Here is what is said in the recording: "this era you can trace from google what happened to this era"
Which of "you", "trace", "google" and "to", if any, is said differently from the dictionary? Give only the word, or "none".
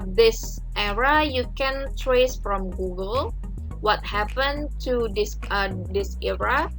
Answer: to